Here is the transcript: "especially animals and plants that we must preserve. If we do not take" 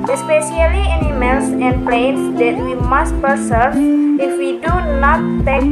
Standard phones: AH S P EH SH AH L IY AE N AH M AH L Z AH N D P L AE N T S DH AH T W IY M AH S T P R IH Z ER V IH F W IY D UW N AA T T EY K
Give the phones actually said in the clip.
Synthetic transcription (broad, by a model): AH S P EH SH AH L IY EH N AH M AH L S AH N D P L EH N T S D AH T W IY M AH S T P IH S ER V IH F W IY D UW N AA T T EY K